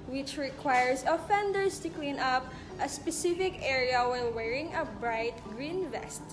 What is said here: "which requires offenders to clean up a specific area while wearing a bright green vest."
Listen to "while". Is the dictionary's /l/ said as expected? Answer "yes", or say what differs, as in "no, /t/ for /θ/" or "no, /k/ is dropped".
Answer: no, /n/ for /l/